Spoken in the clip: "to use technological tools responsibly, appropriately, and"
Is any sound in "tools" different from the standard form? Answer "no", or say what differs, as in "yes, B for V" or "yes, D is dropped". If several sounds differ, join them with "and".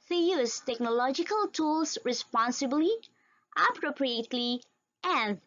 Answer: yes, S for Z